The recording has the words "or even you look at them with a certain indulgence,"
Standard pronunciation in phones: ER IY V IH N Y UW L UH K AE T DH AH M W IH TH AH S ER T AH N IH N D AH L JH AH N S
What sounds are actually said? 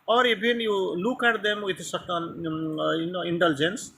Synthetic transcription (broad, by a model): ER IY B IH N Y UW L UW K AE T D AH M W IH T AH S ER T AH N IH N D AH L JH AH N S